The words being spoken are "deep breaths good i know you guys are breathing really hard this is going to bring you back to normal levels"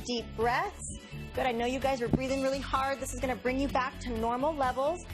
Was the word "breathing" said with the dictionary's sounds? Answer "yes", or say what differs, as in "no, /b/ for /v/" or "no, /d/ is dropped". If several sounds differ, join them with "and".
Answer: yes